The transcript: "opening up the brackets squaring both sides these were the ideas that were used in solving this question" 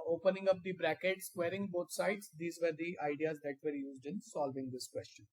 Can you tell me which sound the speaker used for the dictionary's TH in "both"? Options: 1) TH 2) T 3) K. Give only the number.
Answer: 2